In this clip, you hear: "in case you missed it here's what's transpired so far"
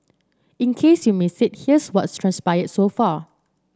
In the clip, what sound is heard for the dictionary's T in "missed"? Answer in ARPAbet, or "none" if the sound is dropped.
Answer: none